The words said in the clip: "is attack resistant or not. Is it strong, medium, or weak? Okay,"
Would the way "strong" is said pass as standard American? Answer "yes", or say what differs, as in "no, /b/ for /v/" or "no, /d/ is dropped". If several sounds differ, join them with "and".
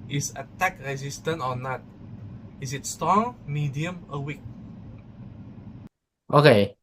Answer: yes